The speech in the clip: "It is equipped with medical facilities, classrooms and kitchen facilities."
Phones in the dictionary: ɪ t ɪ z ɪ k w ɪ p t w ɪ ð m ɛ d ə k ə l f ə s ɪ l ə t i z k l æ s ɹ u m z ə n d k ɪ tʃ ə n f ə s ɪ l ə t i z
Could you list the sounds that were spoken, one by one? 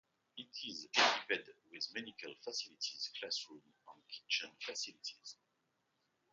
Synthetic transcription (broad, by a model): ɪ t ɪ z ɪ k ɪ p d w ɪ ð m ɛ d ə k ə l f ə s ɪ l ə t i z k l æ s ɹ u m ə n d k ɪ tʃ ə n f ə s ɪ l ə t i z